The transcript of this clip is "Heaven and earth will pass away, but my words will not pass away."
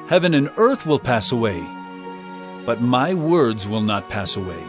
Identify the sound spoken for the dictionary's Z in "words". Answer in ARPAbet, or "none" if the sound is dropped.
Z